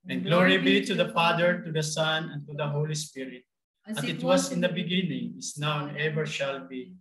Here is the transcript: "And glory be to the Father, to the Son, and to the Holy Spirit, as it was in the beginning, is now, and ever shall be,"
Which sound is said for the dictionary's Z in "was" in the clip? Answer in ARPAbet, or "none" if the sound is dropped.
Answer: S